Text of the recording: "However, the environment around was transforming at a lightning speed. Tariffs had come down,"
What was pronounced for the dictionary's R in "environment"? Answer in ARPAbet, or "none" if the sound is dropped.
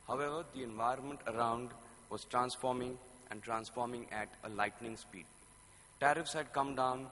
R